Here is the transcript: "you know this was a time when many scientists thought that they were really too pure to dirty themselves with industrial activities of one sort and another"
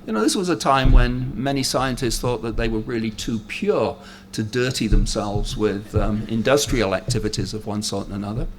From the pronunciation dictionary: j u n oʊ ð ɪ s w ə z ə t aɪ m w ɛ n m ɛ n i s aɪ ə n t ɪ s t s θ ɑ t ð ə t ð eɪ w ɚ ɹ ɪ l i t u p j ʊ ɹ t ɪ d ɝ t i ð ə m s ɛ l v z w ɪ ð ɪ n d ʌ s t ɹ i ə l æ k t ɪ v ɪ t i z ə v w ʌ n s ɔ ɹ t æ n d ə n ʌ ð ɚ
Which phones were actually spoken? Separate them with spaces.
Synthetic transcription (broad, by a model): j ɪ n oʊ ð ɪ s w ə z ə t aɪ m w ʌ n m ɛ n i s aɪ ə n t ɪ s t s θ ɑ t ð ə t ð eɪ w ɚ ɹ ɪ l i t u p j ʊ ɹ t ɪ d ɝ t i ð ə m s ɛ l v z w ɪ ð ɪ n d ʌ s t ɹ i ə l æ k t ɪ v ɪ t i z ə v w ʌ n s ɔ ɹ t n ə n ʌ ð ɚ